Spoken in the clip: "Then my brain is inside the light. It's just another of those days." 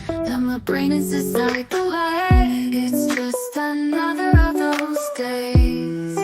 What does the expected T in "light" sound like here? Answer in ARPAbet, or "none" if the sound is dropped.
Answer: none